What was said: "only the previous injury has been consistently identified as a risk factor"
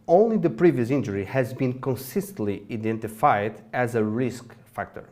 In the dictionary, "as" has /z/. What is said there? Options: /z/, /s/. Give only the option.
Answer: /z/